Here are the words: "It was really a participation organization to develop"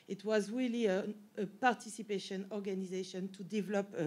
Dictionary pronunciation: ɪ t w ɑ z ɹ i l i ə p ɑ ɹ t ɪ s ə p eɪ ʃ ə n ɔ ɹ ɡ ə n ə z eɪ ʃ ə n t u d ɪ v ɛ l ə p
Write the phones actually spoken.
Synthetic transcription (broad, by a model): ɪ t w ɑ z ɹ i l i ə p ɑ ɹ t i s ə p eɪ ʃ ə n ɔ ɹ ɡ ə n ə z eɪ ʃ ə n t u d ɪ v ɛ l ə p